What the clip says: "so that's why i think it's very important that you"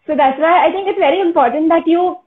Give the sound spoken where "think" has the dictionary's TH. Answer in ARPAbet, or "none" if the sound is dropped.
T